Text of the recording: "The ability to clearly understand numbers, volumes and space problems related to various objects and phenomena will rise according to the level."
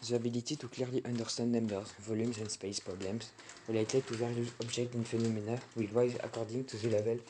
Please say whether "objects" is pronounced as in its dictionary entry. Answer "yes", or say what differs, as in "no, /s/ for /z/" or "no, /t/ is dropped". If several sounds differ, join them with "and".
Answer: no, /ʒ/ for /dʒ/